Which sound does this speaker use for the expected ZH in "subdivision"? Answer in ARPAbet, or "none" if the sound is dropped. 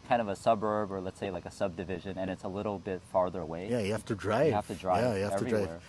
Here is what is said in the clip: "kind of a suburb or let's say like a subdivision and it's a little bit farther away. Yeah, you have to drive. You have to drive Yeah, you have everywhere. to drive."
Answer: ZH